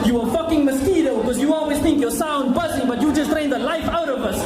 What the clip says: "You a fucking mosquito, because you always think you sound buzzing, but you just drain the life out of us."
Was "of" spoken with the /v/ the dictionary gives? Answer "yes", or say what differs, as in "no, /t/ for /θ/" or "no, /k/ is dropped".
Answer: yes